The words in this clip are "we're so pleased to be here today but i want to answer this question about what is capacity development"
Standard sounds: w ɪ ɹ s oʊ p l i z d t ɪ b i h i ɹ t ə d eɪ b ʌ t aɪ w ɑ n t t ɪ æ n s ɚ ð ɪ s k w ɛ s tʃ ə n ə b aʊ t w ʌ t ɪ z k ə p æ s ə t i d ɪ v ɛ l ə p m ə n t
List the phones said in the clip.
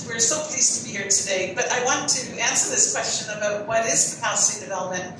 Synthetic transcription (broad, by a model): w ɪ ɹ s oʊ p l i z t ɪ b i h i ɹ t ə d eɪ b ʌ t aɪ w ɑ n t t ɪ æ n s ɚ ð ɪ s k w ɛ s tʃ ə n ə b aʊ t w ʌ t ɪ z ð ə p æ ə s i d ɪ v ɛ l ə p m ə n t